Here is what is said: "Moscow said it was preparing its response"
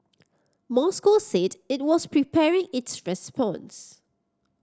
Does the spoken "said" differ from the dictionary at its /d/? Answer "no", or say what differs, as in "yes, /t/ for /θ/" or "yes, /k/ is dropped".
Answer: no